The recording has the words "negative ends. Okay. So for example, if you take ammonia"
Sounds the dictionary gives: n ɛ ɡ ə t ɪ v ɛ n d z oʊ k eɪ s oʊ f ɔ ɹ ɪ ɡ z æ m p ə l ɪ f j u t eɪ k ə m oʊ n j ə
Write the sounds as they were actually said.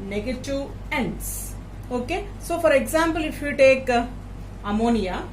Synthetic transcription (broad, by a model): n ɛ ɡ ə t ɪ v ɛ n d s oʊ k eɪ s oʊ f ɔ ɹ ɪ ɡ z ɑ m p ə l ɪ f j u t eɪ k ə m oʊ n j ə